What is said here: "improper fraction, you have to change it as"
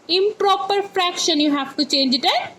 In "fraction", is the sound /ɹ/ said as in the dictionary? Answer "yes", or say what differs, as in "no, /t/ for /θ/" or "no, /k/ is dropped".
yes